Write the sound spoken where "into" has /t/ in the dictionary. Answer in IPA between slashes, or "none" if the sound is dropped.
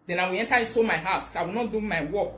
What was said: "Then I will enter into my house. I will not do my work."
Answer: /s/